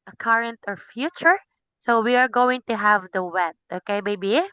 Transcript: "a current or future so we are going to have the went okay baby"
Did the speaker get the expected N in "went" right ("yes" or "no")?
no